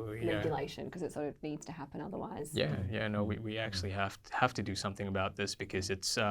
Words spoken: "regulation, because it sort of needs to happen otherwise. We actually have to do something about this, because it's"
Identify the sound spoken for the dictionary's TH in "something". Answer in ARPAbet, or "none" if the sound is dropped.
TH